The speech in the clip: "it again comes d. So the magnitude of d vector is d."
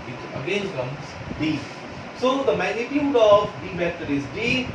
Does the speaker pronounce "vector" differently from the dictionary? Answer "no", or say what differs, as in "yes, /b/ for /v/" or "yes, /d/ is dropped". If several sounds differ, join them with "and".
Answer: yes, /k/ is dropped